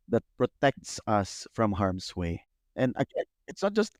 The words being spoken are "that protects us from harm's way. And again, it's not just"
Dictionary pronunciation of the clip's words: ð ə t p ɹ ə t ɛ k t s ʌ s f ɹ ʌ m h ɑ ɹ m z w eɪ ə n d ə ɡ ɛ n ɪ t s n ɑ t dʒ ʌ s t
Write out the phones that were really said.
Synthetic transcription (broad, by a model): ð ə t p ɹ ə t ɛ k t s ʌ s f ɹ ʌ m h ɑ ɹ m s w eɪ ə n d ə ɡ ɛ ɪ t s n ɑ t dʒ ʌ s t